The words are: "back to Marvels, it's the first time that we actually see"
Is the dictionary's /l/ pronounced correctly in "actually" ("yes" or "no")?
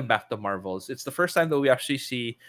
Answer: yes